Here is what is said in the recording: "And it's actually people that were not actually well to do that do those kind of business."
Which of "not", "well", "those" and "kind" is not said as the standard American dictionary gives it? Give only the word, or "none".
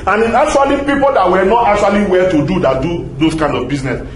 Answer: those